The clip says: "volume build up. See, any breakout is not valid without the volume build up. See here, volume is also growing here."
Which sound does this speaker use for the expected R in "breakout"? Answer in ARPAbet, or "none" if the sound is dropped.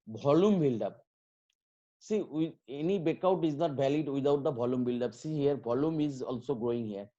none